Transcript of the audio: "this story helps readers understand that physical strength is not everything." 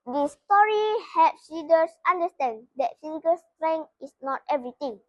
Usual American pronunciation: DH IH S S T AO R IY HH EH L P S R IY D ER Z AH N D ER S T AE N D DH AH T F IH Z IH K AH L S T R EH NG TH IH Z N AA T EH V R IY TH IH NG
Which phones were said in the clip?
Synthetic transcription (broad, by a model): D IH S S T AO R IY HH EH P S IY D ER S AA N D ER S T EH N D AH T F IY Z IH K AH L S T R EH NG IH S N AA T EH V R IY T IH NG